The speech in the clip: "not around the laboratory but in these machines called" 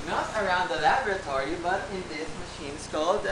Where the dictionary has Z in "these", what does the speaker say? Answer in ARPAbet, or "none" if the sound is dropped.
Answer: S